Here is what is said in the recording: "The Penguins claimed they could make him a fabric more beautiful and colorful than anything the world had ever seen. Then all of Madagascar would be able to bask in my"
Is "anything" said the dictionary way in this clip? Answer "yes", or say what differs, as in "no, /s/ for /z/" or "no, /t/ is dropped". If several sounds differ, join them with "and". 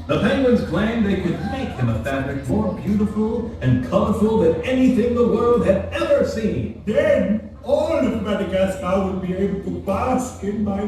yes